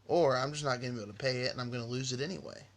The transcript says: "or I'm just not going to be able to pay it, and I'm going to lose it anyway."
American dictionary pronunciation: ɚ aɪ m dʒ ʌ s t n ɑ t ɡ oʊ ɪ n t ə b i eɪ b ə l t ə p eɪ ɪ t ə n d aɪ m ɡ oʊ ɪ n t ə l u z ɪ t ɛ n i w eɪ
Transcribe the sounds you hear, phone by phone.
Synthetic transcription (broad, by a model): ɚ aɪ m dʒ ʌ s n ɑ t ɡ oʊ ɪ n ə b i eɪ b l t ə p eɪ ɪ t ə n aɪ m ɡ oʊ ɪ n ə l u z ɪ t ɛ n i w eɪ